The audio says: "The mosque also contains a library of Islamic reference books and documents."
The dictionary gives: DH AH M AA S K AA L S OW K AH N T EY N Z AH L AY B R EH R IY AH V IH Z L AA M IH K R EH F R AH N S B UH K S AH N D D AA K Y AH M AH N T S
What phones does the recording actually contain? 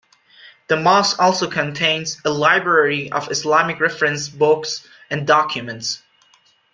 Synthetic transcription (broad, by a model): DH AH M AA S AA L S OW K AH N T EY N Z AH L AY B R EH R IY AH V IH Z L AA M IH K R EH F R AH N S B UH K S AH N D D AA K Y AH M AH N T S